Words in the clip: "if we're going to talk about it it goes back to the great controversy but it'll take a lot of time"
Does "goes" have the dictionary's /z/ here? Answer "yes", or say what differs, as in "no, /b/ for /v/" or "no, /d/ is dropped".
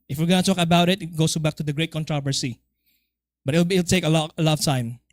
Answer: no, /s/ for /z/